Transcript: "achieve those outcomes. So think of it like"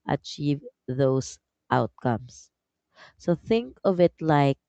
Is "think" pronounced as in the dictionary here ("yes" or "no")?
yes